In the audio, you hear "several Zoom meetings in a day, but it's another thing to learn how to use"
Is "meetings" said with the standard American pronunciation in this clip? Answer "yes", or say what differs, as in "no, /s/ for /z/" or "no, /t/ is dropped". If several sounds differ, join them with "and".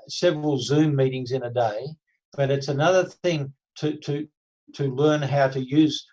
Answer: yes